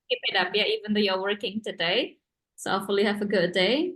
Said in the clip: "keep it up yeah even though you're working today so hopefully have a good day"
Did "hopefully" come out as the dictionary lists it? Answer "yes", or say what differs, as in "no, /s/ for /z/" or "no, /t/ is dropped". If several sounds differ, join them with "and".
no, /p/ is dropped